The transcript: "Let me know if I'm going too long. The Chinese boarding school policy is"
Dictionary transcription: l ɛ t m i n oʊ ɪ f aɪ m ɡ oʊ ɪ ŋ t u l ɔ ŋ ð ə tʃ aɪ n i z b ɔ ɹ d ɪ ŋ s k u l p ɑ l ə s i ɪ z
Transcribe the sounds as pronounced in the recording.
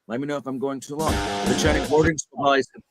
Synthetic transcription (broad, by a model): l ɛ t m i n oʊ ɪ f aɪ m ɡ oʊ ɪ ŋ t u l ɔ ŋ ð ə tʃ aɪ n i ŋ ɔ ɹ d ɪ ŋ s ʌ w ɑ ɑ ə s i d